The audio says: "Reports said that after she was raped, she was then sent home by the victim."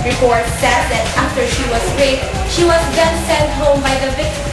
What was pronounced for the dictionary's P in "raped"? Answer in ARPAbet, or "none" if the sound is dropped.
none